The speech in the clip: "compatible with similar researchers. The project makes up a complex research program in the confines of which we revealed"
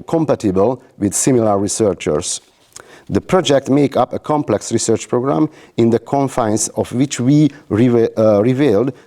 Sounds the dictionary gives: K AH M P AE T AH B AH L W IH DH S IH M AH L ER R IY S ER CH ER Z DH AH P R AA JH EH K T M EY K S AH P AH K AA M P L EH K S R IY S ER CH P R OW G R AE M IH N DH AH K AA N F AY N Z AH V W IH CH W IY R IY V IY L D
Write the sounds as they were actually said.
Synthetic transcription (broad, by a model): K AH M P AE T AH B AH L W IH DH S IH M AH L ER R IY S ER CH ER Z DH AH P R AA JH EH K T M EY K AH P AH K AA M P L EH K S R IY S ER CH P R OW G R AE M IH N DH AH K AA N F AY N S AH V W IH CH W IY R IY V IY L D